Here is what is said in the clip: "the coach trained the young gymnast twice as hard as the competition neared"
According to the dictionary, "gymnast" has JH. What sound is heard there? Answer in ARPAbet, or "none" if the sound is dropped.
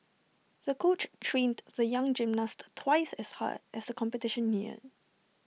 JH